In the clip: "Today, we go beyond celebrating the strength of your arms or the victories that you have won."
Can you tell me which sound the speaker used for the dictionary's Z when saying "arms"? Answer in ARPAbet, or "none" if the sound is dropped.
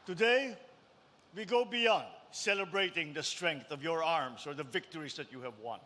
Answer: S